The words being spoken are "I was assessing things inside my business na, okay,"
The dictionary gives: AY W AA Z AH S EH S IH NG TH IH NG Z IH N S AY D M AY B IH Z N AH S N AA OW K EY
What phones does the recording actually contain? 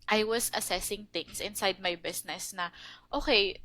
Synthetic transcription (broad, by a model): AY W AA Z AH S EH S IH NG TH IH NG S IH N S AY D M AY B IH S N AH S N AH OW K EY